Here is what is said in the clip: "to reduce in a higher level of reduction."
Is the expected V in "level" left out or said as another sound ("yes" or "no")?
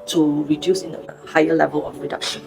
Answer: no